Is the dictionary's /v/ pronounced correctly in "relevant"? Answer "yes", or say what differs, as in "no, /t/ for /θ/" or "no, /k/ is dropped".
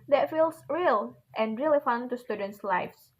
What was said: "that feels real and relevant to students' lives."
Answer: no, /f/ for /v/